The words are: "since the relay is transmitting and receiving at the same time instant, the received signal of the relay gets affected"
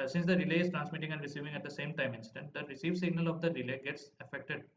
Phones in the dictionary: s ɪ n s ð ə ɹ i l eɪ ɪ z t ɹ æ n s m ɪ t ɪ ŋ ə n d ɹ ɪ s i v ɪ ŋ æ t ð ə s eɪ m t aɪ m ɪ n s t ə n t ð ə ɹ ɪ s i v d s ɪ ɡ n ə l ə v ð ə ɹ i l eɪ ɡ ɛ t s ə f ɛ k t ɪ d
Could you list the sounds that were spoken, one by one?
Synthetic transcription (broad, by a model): s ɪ n s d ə ɹ i l eɪ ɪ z t ɹ æ n s m ɪ t ɪ ŋ ə n d ɹ ɪ s i v ɪ ŋ æ t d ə s eɪ m t aɪ m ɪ n s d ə n t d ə ɹ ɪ s i v s ɪ ɡ n ə l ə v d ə ɹ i l eɪ ɡ ɛ t s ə f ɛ k t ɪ d